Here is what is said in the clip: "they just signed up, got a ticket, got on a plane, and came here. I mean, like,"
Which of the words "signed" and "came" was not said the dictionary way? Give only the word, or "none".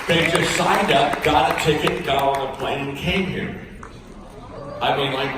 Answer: none